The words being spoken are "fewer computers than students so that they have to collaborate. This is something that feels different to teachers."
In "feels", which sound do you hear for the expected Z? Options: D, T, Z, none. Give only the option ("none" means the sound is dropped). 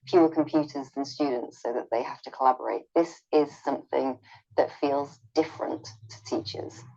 Z